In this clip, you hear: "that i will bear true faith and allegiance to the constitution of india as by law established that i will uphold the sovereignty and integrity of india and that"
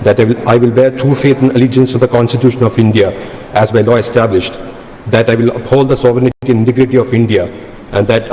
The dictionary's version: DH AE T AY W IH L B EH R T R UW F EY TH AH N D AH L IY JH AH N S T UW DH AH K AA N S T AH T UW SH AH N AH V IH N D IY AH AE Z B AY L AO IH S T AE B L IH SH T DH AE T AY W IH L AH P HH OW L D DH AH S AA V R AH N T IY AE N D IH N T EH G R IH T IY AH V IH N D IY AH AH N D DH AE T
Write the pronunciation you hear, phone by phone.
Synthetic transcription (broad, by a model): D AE T AY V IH L B EH R T R UW F EY T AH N AH L IY JH AH N S T UW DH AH K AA N S T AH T UW SH AH N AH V IH N D IY AH AE Z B AY L AO IH S T AE B L IH SH T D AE T AY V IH L AH P HH OW L D AH S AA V R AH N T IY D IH N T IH G R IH T IY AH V IH N D IY AH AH N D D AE T